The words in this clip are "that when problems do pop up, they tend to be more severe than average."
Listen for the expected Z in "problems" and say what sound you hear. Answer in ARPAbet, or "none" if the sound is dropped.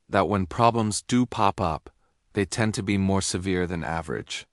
Z